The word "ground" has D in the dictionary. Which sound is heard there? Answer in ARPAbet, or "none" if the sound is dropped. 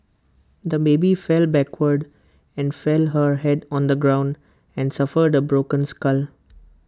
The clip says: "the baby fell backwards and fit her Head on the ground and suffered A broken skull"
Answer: D